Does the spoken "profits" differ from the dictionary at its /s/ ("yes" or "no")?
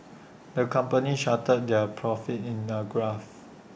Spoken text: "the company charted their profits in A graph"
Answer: yes